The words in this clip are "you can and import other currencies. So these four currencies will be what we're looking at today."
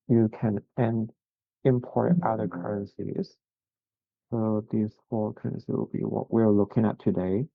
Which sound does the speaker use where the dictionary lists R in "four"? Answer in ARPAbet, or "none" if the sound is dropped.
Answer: L